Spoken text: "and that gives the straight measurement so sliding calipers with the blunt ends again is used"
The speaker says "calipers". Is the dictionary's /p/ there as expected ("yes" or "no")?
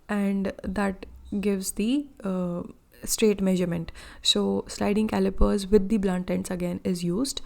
yes